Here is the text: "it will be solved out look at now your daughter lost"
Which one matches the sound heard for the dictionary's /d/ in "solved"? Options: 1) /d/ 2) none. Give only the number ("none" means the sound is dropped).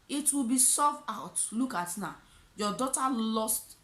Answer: 2